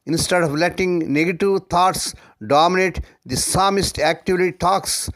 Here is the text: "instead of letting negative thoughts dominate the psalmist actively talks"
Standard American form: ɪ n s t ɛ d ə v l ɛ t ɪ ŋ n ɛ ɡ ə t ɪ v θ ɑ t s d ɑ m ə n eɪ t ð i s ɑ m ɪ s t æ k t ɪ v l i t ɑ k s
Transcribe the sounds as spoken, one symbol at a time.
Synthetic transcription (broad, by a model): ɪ n s t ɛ d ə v l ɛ t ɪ ŋ n ɛ ɡ ə t ɪ v t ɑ t s d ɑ m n eɪ t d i s ɑ m ɪ s t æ k t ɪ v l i t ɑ k s